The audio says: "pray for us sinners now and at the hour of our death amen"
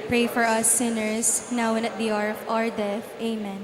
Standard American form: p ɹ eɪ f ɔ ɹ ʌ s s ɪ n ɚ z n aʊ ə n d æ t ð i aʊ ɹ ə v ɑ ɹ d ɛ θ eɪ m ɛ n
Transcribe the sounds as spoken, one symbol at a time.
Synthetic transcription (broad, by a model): p ɹ eɪ f ɔ ɹ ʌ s s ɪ n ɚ s n aʊ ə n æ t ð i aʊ ɹ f ɑ ɹ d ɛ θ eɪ m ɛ n